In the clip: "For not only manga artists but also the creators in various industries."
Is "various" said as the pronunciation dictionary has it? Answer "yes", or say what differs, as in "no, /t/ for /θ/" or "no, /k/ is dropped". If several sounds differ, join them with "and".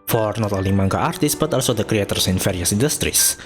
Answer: no, /f/ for /v/